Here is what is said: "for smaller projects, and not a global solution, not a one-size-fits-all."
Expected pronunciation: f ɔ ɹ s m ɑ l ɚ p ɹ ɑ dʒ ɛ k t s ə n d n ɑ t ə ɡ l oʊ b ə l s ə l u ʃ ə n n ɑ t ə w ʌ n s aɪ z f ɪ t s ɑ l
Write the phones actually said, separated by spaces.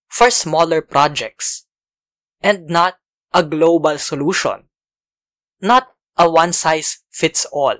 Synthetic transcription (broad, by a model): f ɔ ɹ s m ɑ l ɚ p ɹ ɑ dʒ ɛ k t s ə n d n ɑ t ə ɡ l oʊ b ə l s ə l u ʃ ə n n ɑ t ə w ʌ n s aɪ s f ɪ t s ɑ l